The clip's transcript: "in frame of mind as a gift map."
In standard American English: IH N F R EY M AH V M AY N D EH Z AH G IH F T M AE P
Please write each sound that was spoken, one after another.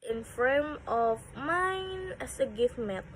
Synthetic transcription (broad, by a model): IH N F R EY M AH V M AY N EH S AH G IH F M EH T